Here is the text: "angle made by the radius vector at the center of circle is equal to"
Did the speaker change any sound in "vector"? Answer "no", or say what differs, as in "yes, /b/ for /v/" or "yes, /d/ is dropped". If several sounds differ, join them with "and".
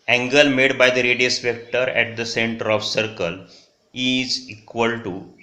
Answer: yes, /p/ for /v/